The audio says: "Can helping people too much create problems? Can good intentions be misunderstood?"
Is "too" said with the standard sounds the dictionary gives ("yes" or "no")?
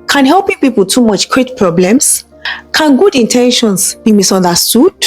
yes